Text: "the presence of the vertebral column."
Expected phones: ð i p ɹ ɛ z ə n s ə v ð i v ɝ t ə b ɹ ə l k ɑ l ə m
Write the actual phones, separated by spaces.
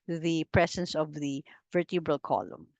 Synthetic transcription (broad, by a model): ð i p ɹ ɛ s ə n s ə v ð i v ɝ t ə b ɹ ə l k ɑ l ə m